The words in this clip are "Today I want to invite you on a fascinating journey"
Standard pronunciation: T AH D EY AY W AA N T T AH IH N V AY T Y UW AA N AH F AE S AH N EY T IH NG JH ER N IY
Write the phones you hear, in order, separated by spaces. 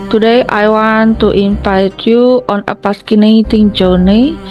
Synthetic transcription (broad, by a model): T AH D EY AY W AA N T T AH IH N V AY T Y UW AA N AH P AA S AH N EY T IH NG JH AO N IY